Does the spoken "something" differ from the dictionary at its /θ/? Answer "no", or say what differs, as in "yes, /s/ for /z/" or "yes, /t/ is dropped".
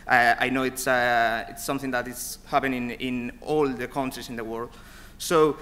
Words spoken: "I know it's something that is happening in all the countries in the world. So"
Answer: no